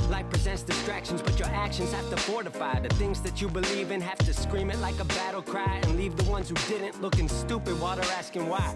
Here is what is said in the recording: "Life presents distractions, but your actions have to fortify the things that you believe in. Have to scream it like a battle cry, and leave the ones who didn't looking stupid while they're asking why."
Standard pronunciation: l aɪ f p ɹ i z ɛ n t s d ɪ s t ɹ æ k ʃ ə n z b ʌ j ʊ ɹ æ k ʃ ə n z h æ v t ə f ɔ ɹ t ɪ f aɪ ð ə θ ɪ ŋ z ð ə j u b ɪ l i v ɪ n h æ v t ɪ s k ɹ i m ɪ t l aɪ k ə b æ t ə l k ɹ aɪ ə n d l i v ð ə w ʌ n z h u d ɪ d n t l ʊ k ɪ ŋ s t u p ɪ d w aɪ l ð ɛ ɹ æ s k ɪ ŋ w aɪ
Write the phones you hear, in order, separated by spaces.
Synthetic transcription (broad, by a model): l aɪ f p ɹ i z ɛ n s d ɪ s t ɹ æ k ʃ ə n z b ʌ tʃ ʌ ɹ æ k ʃ ə n z h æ f t ə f ɔ ɹ t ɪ f aɪ ð ə θ ɪ ŋ z ð ə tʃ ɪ b ɪ l i v ɪ n h æ f t ɪ s k ɹ i m ɪ t l aɪ k ə b æ t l k ɹ aɪ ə n l i v ð ə w ʌ n z h u d ɪ d n t l ʊ k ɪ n s t u p ɪ d w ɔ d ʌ ɹ æ s k ɪ ŋ w aɪ